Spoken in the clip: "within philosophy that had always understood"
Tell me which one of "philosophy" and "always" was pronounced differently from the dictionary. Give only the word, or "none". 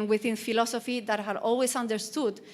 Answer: always